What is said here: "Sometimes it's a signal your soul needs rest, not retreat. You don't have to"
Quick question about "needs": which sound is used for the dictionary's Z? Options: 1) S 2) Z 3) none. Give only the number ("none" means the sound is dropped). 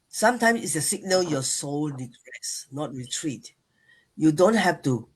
3